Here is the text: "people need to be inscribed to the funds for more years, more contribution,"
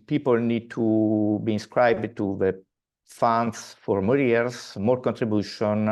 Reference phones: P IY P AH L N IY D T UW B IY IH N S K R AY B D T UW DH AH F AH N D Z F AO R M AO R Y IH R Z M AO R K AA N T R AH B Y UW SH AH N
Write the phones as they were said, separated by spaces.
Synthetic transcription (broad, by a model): P IY P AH L N IY D T UW B IY IH N S K R AY B D T UW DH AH F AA N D S F AO R M AO R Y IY R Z M AO R K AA N T R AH B Y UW SH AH N